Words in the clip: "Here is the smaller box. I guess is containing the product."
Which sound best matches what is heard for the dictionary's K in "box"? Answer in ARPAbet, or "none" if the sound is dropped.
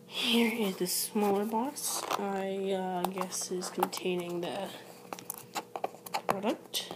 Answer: none